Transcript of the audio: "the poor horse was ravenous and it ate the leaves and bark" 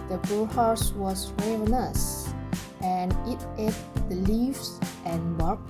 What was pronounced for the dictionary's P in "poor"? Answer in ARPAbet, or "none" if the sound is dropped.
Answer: B